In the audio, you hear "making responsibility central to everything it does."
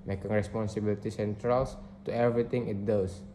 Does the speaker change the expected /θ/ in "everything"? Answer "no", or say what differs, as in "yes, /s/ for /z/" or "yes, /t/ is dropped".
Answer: yes, /t/ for /θ/